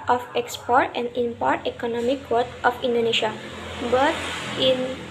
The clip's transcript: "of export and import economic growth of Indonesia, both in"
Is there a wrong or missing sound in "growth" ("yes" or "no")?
yes